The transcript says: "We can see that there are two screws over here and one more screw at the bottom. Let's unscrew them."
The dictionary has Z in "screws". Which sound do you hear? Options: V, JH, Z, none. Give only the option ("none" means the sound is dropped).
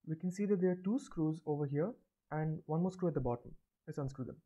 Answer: Z